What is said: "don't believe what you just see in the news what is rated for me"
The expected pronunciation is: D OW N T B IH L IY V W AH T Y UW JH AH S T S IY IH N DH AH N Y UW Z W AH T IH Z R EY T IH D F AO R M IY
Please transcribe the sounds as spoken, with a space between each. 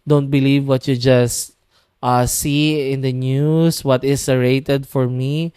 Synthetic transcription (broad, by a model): D OW N T B IH L IY V W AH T Y UW JH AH S T S IY IH N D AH N Y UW S W AH T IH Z R EY T IH D F AO R M IY